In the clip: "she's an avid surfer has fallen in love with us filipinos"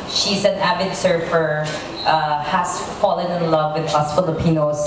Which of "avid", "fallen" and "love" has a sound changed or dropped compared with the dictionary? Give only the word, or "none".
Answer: avid